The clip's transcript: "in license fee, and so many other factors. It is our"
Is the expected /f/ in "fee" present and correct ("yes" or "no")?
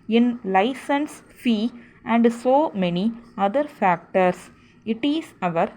yes